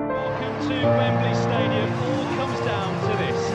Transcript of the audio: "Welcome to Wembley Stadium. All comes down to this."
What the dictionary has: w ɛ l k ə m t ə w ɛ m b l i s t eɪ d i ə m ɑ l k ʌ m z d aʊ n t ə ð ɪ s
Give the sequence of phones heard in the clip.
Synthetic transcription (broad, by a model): w ɛ l k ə m t ə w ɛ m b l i s t eɪ d i ə m ɑ l k ʌ m z d aʊ n t ə ð ɪ s